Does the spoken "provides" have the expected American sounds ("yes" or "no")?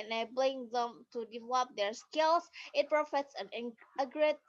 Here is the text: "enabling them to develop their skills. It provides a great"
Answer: no